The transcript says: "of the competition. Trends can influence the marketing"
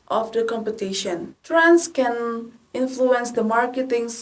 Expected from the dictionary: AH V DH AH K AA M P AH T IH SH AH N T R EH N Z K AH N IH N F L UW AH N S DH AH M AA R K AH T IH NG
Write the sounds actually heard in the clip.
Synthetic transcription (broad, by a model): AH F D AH K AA M P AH T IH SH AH N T R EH N S K AH N IH N F L UW AH N S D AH M AA R K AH T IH NG